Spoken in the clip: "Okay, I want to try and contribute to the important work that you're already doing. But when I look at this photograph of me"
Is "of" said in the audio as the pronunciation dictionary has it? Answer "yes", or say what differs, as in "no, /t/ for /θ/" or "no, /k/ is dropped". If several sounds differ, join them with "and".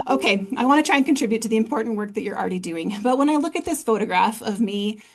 yes